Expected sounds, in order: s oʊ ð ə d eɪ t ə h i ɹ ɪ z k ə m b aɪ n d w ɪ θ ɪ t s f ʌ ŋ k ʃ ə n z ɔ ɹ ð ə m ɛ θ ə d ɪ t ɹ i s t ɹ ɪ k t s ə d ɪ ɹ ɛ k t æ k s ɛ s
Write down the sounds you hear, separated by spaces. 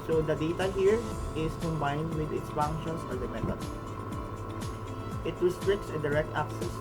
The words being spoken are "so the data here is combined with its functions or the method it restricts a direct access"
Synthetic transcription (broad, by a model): s oʊ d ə d eɪ t ə h i ɹ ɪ s k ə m b aɪ n d w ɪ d ɪ t s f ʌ ŋ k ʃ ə n s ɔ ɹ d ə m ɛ t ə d ɪ t ɹ i s t ɹ ɪ k t s ə d ɪ ɹ ɛ k t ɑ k s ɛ s